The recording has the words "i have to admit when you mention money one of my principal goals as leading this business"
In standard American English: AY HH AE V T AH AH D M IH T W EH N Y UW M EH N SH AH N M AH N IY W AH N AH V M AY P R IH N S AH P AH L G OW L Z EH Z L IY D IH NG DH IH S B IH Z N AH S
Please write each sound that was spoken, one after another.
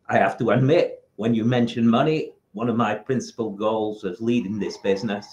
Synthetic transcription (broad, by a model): AY HH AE F T AH AH D M IH T W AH N Y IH M EH N SH AH N M AH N IY W AH N AH V M AY P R IH N S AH P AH L G OW L Z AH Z L IY D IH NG DH IH S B IH Z N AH S